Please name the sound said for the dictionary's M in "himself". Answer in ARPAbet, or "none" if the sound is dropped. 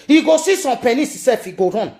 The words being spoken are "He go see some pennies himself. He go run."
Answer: none